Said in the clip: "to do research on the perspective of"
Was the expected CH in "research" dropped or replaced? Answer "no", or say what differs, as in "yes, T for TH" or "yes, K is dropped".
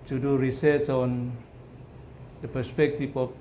yes, S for CH